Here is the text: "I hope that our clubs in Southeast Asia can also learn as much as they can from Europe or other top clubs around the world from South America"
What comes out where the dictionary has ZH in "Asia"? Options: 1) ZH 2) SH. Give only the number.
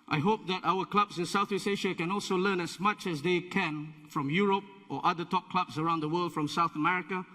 2